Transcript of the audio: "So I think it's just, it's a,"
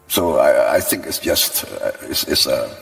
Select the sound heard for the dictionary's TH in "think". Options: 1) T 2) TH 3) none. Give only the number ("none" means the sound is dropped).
2